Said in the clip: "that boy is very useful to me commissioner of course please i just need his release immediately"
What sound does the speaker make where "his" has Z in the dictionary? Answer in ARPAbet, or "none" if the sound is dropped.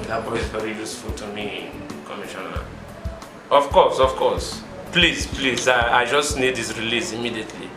S